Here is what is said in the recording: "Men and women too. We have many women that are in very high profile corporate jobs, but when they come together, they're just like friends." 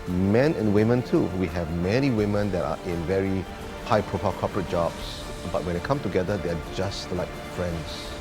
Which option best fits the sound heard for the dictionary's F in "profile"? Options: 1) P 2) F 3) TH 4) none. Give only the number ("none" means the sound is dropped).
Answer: 1